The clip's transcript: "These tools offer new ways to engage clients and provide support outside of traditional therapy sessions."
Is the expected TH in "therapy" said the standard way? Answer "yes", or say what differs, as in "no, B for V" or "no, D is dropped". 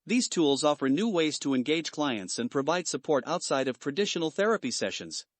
yes